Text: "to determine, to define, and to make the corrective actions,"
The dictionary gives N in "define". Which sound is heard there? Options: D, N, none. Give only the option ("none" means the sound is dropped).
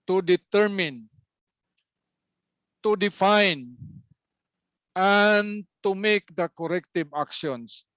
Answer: N